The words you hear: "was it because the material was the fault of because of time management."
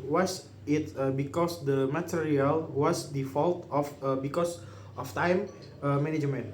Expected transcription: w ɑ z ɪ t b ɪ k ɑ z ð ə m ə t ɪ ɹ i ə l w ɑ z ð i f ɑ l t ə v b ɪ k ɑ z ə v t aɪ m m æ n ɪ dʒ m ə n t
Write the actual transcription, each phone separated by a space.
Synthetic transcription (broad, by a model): w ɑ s ɪ t b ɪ k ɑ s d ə m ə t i ɹ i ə l w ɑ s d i f ɑ l t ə f b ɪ k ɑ s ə f t aɪ m m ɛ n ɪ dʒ m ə n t